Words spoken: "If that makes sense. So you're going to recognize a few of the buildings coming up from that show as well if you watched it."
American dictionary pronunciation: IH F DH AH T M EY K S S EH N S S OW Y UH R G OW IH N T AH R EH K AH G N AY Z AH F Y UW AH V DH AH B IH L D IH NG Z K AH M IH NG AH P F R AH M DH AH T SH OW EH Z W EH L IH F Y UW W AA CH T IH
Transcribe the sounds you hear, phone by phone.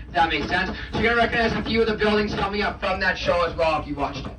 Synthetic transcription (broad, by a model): DH AH T M EY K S S EH N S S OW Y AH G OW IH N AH R EH K AH G N AY Z AH F Y UW AH V DH AH B IH L D IH NG Z K AH M IH NG AH P F R AH M DH AH T SH OW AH Z W EH L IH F Y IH W AA CH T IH